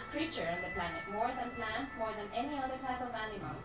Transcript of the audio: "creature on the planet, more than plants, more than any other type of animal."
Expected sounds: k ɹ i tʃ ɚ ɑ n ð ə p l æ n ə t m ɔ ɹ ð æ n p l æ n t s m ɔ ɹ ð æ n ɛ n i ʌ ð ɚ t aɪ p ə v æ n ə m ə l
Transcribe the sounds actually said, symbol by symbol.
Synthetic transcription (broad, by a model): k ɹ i tʃ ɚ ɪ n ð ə p l æ n ə t m ɔ ɹ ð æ n p l æ n t s m ɔ ɹ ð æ n ɛ n i ʌ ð ɚ t aɪ p ə v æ n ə m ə l